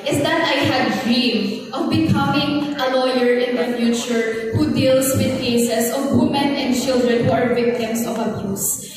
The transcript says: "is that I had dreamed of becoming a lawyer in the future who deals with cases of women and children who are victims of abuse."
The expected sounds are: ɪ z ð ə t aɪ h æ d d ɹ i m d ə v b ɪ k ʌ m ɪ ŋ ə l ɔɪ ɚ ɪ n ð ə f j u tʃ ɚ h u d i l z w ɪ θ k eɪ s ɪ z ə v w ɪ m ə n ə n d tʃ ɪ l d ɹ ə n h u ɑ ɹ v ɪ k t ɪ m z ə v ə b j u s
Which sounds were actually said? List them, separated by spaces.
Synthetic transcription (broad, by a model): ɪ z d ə t aɪ h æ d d ɹ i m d ə v b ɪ k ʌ m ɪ ŋ ə l ɔɪ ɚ ɪ n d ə f j u tʃ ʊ h u d i l s w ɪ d k eɪ s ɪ s ə v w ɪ m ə n ə n d tʃ ɪ l d ɹ ə n h u ɑ ɹ v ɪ k t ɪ m s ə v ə b j u s